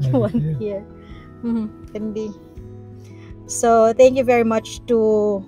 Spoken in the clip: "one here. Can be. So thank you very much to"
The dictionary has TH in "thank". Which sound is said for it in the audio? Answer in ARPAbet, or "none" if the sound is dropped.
T